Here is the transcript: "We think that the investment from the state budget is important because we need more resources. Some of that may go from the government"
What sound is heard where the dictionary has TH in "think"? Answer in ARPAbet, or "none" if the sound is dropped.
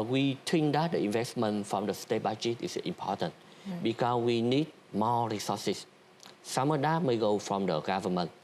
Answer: T